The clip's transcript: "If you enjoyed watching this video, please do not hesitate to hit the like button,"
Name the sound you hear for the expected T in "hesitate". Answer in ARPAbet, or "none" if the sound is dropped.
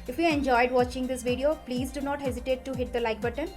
T